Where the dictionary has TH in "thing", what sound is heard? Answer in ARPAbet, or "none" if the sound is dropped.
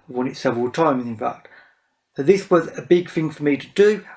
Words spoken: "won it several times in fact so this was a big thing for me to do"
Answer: TH